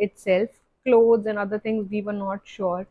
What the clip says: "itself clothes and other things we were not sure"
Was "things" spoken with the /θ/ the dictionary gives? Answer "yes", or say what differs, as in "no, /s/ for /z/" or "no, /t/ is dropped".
no, /t/ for /θ/